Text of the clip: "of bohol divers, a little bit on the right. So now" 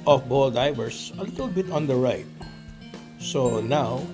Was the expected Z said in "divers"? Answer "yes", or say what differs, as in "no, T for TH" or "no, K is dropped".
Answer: no, S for Z